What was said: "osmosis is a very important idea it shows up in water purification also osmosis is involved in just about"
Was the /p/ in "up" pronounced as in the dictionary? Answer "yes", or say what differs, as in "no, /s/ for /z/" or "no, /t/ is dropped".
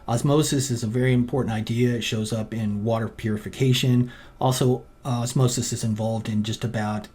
yes